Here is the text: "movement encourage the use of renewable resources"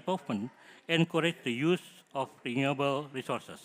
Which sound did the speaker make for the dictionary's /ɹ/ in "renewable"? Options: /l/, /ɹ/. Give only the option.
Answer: /ɹ/